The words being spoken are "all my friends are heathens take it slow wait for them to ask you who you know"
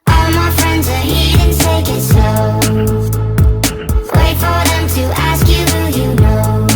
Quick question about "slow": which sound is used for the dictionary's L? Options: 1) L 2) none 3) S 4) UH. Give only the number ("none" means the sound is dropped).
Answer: 2